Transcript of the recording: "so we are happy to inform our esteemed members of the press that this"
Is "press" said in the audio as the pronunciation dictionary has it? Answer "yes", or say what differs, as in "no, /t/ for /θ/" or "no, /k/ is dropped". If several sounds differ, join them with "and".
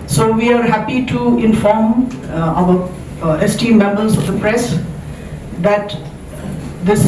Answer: yes